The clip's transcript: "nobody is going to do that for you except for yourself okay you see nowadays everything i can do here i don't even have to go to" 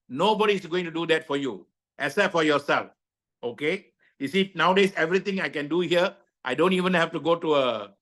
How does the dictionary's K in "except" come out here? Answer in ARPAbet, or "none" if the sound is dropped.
none